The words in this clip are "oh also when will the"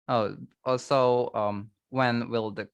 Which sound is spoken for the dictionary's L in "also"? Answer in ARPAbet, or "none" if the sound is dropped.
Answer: none